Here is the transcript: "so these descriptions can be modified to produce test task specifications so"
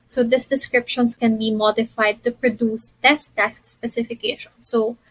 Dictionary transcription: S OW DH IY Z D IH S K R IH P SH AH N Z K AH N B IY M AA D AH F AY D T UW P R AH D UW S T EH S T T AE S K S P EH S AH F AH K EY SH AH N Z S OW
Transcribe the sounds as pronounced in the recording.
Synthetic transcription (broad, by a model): S OW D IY S D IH S K R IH P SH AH N S K AH N B IY M AA D AH F AY D T UW P R AH D UW S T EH S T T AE S K S P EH S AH F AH K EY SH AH N S OW